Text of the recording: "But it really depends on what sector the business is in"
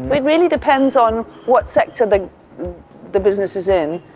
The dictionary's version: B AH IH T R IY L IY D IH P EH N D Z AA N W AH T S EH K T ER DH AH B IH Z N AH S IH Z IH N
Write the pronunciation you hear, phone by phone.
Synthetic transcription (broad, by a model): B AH IH T R IY L IY D IH P EH N D Z N W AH T S EH K T ER DH AH B IH Z N AH S IH Z IH N